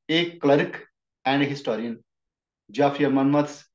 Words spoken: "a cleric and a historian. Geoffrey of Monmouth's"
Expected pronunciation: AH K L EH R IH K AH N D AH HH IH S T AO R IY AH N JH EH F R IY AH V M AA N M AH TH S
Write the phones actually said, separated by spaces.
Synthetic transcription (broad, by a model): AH K L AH R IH K AH N D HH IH S T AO R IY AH N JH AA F IY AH M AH N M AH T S